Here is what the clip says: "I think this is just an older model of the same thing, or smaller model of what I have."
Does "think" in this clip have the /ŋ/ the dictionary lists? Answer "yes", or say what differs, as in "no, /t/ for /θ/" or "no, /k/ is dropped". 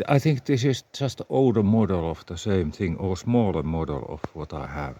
yes